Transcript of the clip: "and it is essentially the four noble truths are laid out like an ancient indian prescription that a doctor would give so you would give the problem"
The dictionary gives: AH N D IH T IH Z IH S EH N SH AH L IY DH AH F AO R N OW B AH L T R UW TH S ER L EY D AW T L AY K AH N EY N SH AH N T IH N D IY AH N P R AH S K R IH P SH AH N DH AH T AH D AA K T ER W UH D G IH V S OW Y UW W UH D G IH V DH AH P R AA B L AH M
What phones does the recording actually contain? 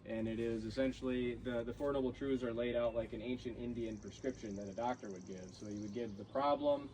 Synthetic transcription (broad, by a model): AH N IH T IH Z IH S EH N SH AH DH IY DH AH F AO R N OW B L T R UW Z ER L EY D AW T L AY K AH N EY N SH AH N T IH N D IY AH N P R AH S K R IH P SH AH N DH AH T AH D AA K T ER W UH D G IH V S OW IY W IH D G IH V DH AH P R AA B L AH M